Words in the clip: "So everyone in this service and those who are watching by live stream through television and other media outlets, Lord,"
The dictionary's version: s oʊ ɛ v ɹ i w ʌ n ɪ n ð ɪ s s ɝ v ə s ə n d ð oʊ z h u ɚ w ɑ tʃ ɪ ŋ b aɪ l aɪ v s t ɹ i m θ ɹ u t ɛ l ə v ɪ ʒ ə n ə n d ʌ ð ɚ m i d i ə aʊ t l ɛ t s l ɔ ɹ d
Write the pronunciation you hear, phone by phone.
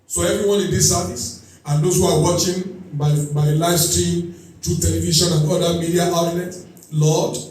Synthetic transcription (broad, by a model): s oʊ ɛ v ɹ i w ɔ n ɪ n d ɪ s s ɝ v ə s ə n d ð oʊ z h u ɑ w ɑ tʃ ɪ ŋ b aɪ l aɪ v s t ɹ i m t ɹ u t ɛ l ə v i ʃ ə n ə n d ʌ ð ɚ m i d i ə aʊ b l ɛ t l ɔ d